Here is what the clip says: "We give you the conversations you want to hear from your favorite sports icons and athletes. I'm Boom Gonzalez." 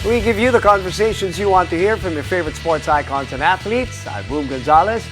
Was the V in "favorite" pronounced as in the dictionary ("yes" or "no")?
yes